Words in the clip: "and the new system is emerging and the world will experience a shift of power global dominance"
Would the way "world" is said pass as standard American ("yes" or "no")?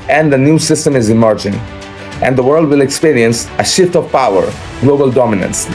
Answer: yes